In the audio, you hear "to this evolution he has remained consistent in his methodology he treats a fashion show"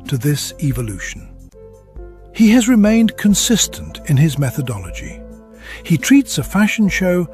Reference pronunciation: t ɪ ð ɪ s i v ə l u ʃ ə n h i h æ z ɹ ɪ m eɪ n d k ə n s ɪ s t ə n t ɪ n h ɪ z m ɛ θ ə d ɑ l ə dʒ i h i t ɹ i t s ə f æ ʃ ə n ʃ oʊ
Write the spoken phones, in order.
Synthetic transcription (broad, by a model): t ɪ ð ɪ s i v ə l u ʃ n h i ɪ z ɹ ɪ m eɪ n d k ə n s ɪ s t ə n t ɪ n ɪ z m ɛ θ ə d ɑ l ə dʒ i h i t ɹ i t s ə f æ ʃ n ʃ oʊ